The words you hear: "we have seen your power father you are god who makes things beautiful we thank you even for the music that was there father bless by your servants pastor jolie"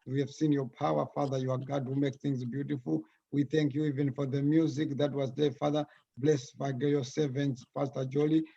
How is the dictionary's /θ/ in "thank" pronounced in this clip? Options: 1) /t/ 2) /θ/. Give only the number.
2